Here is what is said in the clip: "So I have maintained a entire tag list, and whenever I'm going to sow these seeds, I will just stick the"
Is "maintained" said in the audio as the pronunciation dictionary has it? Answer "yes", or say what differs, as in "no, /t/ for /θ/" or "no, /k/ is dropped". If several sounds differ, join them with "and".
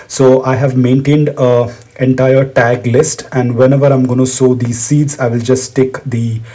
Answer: yes